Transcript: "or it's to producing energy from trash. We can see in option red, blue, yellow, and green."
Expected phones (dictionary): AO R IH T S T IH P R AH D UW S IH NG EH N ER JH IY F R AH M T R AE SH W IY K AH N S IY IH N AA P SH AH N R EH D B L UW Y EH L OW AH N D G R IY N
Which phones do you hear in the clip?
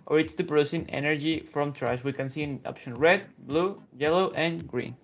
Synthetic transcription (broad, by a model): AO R IH T S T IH P R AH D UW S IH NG EH N ER JH IY F R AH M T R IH S W IY K AH N S IY IH N AA P SH AH N R EH D B L UW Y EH L OW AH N G R IY N